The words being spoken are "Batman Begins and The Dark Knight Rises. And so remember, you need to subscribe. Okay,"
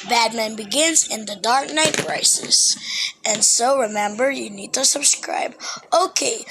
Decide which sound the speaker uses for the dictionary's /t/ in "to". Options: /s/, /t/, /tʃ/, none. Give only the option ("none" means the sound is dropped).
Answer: /t/